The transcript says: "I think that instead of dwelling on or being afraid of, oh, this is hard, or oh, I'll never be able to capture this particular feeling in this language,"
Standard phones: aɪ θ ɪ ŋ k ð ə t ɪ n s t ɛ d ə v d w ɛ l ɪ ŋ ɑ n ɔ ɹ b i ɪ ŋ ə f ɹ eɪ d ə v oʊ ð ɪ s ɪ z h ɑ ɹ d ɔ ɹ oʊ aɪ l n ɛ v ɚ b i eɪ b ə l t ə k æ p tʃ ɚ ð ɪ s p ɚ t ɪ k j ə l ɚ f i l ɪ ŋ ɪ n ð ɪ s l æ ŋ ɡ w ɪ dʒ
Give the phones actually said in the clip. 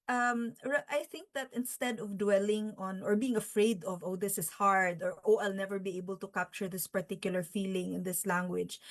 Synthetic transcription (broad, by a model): aɪ θ ɪ ŋ k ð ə t ɪ n s t ɛ d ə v d w ɛ l ɪ ŋ ɑ n ɔ ɹ b i ɪ ŋ ə f ɹ eɪ d ə v oʊ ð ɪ s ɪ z h ɑ ɹ d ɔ ɹ oʊ aɪ l n ɛ v ɚ b i eɪ b ə l t ə k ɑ p tʃ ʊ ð ɪ s p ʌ t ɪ k j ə l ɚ f i l ɪ ŋ ɪ n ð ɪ s l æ ŋ ɡ w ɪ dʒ